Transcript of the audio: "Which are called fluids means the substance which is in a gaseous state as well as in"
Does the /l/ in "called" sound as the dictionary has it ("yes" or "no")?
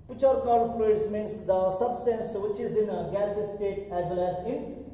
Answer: no